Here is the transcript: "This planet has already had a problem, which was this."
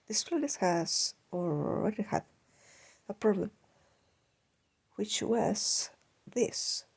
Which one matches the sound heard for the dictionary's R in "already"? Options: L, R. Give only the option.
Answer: L